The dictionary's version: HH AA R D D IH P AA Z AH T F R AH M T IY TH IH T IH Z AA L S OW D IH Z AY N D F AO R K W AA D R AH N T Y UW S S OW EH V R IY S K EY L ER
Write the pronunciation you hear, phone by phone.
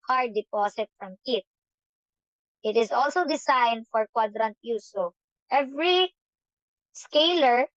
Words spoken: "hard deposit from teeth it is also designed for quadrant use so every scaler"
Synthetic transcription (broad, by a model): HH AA R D D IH P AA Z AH T F R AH M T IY T IH T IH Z AA L S OW D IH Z AY N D F AO R K W AA D R AH N T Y UW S S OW EH V R IY S K EY L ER